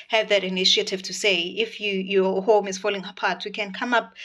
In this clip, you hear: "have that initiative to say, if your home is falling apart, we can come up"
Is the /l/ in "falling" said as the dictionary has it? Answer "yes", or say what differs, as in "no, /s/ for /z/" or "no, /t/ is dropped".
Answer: yes